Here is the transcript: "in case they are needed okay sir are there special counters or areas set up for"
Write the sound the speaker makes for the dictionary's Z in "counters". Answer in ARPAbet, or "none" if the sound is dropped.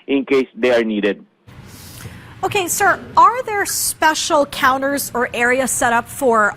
Z